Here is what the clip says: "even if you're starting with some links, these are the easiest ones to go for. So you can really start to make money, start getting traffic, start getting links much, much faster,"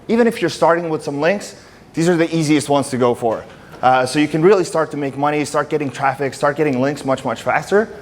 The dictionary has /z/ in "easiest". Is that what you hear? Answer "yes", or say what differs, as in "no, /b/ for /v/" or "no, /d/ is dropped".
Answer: yes